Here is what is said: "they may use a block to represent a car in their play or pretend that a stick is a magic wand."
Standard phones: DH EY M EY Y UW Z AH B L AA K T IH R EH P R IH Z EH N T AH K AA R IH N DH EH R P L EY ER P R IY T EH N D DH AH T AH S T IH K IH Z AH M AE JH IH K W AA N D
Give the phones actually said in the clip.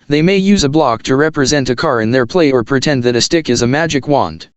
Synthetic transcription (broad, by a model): DH EY M EY Y UW Z AH B L AA K T IH R EH P R IH Z EH N T AH K AA R IH N DH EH R P L EY ER P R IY T EH N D DH AH T AH S T IH K IH Z AH M AE JH IH K W AA N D